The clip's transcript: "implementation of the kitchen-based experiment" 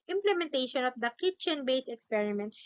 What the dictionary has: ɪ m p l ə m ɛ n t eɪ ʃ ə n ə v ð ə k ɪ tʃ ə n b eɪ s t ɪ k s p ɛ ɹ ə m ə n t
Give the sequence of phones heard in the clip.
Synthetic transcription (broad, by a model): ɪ m p l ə m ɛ n t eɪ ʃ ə n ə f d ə k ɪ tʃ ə n b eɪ s ɪ k s p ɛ ɹ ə m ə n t